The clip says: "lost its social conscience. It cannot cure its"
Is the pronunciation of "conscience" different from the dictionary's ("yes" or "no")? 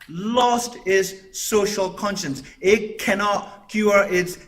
no